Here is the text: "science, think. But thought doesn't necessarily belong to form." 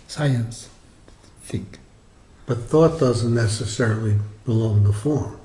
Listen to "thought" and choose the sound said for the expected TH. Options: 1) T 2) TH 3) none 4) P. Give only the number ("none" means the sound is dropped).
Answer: 2